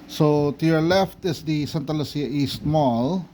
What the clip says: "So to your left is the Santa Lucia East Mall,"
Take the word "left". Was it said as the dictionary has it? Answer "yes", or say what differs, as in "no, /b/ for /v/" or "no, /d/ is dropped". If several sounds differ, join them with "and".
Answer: yes